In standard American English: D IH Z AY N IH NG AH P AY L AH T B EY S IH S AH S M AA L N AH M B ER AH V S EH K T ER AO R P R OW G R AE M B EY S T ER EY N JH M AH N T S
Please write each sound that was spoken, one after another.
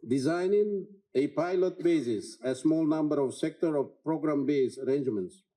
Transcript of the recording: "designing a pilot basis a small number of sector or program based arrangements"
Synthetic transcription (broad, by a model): D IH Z AY N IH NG AH P AY L AH T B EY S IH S AH S M AA L N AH M B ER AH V S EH K T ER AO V P R OW G R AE M B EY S ER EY N JH M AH N T S